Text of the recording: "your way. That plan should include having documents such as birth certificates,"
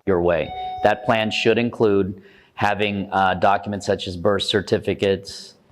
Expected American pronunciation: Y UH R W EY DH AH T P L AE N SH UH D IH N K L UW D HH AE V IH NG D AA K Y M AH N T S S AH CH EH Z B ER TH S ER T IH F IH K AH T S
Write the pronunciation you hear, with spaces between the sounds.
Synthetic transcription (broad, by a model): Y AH R W EY DH AH T P L AE N SH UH D IH N K L UW D HH AE V IH NG D AA K Y M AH N T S S AH CH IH Z B ER S S ER T IH F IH K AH T S